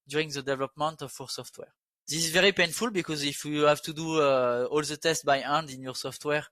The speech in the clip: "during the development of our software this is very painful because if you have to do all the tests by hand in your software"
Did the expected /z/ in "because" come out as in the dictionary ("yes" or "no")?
yes